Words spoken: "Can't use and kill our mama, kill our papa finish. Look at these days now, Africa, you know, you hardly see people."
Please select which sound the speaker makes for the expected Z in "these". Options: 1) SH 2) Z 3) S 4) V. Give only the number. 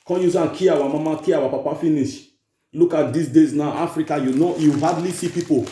3